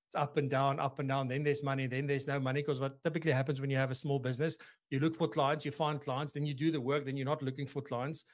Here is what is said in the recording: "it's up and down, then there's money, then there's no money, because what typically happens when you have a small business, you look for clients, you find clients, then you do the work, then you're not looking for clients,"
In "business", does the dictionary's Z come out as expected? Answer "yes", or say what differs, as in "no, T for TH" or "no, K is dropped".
yes